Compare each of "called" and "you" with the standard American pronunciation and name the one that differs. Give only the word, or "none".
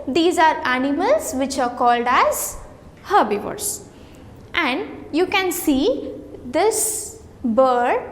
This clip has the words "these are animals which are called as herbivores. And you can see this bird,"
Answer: none